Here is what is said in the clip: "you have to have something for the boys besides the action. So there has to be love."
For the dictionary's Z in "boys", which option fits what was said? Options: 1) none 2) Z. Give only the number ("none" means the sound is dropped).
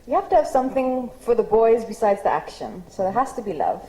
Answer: 2